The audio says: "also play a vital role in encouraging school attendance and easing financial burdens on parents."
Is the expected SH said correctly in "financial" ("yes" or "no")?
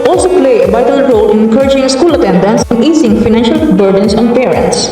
yes